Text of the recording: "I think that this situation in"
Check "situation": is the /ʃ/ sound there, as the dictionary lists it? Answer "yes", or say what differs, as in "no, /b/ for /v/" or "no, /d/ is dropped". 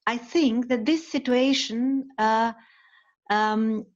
no, /ʃ/ is dropped